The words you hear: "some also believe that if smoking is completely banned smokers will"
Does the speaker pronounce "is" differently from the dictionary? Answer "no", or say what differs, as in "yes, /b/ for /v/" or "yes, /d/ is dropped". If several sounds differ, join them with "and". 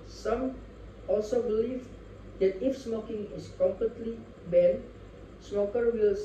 yes, /s/ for /z/